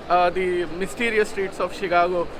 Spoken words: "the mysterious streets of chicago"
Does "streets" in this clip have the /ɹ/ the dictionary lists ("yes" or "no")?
yes